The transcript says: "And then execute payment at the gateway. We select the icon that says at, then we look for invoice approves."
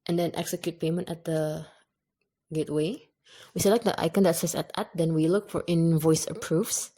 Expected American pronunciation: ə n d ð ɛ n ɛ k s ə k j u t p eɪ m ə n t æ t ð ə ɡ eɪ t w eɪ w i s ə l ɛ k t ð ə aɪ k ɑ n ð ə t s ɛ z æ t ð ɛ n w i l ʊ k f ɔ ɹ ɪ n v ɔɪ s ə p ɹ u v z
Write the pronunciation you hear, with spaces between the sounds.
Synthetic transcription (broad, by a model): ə n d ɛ n ɛ k s ə k j u t p eɪ m ə n t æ t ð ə ɡ eɪ t w eɪ w i s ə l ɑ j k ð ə aɪ k ɑ n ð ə t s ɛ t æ t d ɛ n w i l ʊ k f ɔ ɹ ɪ n v ɔɪ s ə p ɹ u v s